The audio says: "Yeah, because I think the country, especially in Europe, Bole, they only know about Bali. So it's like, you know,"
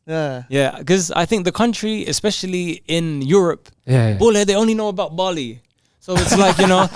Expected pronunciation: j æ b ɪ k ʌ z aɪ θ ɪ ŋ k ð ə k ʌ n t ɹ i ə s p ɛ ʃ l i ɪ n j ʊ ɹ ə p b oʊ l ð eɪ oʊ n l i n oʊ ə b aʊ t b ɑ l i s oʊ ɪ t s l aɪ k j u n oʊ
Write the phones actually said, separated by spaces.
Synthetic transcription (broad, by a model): j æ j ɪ k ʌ z aɪ θ ɪ ŋ k ð ə k ʌ n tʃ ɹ i ə s p ɛ ʃ l i ɪ n j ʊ ɹ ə p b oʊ l ð eɪ oʊ n l i n oʊ ə b aʊ t b ɑ l i s oʊ ɪ t s l aɪ k j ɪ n oʊ